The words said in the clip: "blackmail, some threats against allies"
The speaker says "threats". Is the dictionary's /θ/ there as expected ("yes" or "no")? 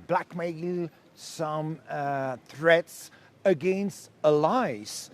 yes